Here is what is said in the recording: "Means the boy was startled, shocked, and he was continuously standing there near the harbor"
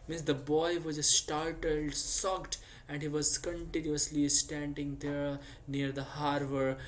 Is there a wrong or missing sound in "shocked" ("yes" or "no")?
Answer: yes